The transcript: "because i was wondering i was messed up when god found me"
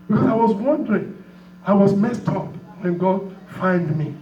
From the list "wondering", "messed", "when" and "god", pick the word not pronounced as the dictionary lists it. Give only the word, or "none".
none